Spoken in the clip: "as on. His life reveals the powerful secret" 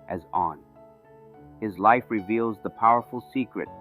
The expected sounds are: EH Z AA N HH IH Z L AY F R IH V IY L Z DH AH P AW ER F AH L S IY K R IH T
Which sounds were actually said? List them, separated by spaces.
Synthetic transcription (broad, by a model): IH Z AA N HH IH Z L AY F R IH V IY L Z DH AH P AW ER F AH L S IY K R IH T